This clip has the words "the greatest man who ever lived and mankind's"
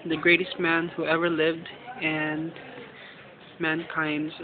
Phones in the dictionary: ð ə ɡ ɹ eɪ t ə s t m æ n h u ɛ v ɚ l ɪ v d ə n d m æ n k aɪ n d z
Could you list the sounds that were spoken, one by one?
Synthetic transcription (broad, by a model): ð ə ɡ ɹ eɪ t ə s t m æ n h u ɛ v ɚ l ɪ v d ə n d m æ n k aɪ n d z